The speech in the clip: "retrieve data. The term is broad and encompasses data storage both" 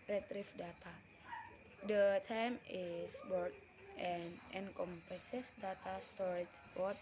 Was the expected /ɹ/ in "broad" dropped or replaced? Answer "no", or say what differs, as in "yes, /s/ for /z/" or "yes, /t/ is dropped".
yes, /ɹ/ is dropped